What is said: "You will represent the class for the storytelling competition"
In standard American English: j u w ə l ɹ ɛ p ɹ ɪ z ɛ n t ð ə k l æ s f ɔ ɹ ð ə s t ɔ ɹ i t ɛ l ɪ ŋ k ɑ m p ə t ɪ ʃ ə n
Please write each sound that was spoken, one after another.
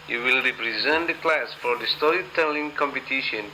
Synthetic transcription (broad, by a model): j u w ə l ɹ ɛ p ɹ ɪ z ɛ n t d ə k l æ s f ɔ ɹ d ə s t ɔ ɹ i t ɛ l ɪ ŋ k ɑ m p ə t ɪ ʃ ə n